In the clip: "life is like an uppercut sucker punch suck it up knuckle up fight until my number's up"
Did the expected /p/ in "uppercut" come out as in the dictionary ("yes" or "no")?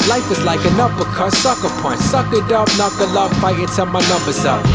no